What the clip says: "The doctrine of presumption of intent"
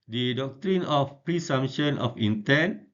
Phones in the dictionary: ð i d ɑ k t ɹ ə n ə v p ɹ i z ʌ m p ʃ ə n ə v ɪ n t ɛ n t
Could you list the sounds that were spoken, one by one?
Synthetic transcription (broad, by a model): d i d ɑ k t ɹ ə n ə f p ɹ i s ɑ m ʃ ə n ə f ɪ n t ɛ n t